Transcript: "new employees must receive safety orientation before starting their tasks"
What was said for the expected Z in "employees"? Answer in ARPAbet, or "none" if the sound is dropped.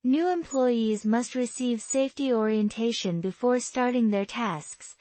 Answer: Z